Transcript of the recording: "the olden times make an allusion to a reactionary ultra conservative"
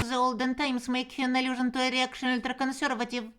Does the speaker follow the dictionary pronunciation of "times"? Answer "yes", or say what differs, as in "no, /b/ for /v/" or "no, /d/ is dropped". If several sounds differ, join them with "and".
no, /s/ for /z/